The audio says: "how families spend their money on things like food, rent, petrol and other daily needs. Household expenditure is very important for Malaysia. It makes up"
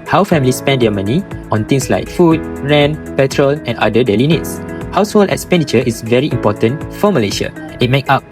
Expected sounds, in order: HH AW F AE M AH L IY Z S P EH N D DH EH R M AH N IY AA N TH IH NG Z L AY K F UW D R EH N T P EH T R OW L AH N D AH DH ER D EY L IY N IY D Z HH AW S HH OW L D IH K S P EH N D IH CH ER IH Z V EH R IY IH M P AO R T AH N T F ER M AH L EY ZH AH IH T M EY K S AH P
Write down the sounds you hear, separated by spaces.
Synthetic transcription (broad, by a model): HH AW F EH M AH L IY S P EH N D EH M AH N IY AA N T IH NG S L AY K F UW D R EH N P EH T R OW L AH N D AH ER D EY L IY N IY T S HH AW S HH OW L D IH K S P EH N D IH CH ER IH S V EH R IY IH M P AO T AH N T F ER M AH L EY SH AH IH T M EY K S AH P